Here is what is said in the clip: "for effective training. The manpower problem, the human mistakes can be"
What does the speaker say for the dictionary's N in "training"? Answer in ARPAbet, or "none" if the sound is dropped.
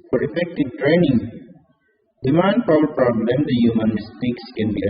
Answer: N